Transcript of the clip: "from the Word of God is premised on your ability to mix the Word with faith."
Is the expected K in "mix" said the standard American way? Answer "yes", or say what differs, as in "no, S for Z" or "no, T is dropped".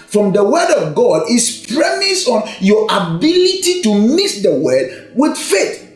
no, K is dropped